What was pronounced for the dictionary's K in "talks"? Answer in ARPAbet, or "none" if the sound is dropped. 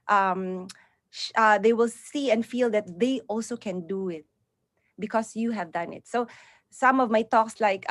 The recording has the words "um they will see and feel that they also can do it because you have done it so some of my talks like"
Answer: K